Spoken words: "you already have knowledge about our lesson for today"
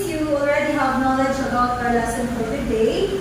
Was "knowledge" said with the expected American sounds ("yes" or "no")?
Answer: yes